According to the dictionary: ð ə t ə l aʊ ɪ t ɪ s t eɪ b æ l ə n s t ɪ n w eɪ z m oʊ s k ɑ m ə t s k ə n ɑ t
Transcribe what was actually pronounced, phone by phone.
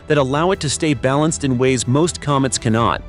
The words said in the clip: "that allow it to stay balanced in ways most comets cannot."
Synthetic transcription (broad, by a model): ð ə t ə l aʊ ɪ t ɪ s t eɪ b æ l ə n s t ɪ n w eɪ z m oʊ s k ɑ m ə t s k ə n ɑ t